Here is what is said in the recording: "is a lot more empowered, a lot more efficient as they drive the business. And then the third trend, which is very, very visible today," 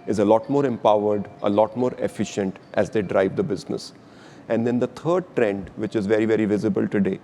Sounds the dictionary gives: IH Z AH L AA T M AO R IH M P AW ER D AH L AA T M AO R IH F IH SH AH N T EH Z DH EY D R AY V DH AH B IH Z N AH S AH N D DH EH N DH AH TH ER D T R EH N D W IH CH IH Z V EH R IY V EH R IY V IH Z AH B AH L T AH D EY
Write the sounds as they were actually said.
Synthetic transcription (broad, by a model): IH Z AH L AA T M AO R IH M P AW ER D AH L AA T M AO R IH F IH SH AH N T EH Z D EY D R AY V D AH B IH Z N AH S AH N D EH N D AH T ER D T R EH N D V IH CH IH Z V EH R IY V EH R IY V IH Z AH B AH L T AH D EY